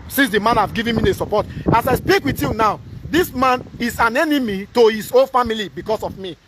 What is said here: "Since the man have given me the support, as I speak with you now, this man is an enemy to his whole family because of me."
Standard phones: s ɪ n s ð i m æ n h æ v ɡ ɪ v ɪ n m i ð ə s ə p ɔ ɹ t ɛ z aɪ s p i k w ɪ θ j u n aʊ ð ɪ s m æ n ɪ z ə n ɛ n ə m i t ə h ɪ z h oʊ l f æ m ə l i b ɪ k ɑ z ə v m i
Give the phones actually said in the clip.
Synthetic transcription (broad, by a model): s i n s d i m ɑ n h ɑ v ɡ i v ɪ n m i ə s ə p ɔ t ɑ s aɪ s p i k w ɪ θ j u n aʊ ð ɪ s m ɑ n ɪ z ə n ɛ n ə m i t ə h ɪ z oʊ n f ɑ m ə l i b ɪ k ɑ s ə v m i